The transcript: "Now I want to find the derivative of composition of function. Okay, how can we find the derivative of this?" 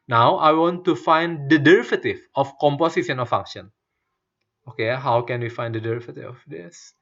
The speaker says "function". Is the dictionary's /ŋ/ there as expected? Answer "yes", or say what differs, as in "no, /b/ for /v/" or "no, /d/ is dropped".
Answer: no, /ŋ/ is dropped